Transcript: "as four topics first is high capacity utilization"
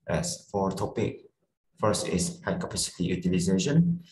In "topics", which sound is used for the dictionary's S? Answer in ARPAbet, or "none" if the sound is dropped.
none